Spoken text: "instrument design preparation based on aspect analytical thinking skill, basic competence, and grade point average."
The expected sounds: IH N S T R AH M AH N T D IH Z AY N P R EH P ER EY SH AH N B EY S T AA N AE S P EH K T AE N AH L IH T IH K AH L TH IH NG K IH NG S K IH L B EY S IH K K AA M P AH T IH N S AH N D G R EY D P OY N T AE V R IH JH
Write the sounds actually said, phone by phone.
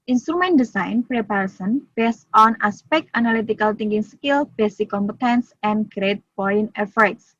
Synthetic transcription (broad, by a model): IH N S T R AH M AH N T D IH S AY N P R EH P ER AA S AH N B EY S T AA N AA S P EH K T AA N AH L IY T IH K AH L T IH NG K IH NG S K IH L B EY S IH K K AA M P AH T IH N S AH N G R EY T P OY N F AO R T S